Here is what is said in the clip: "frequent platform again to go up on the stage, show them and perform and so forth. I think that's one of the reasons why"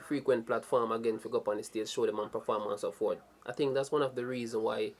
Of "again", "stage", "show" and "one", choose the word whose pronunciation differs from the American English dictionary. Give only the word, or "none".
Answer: stage